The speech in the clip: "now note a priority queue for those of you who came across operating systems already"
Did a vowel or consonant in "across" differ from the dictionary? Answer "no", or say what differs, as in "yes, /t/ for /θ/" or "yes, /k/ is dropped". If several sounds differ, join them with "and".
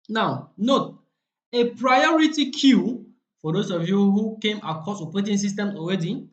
yes, /ɹ/ is dropped